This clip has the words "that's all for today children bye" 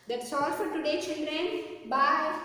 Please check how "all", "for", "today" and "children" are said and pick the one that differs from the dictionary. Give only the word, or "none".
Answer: none